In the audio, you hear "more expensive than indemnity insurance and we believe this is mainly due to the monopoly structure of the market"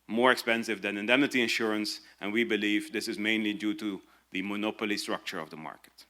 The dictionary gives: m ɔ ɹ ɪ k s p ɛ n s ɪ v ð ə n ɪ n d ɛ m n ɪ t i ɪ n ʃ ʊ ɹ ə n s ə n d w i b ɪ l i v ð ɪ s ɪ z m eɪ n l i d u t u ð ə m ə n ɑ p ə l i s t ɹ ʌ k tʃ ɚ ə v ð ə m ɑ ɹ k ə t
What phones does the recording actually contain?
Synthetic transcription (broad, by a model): m ɔ ɹ ɪ k s p ɛ n s ɪ v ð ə n ɪ n d ɛ m n ɪ t i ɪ n ʃ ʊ ɹ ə n s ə n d w i b ɪ l i v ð ɪ s ɪ z m eɪ n l i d u t u ð ə m ə n ɑ p ə l i s t ɹ ʌ k tʃ ɚ ə v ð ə m ɑ ɹ k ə t